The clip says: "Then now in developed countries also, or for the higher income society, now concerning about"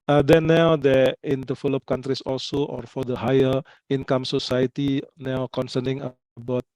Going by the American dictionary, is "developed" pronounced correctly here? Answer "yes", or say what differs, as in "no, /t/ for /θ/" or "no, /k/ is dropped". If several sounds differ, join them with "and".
no, /f/ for /v/